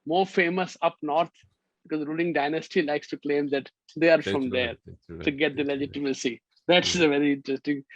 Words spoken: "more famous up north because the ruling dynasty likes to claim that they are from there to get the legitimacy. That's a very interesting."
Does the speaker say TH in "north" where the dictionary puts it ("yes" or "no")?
no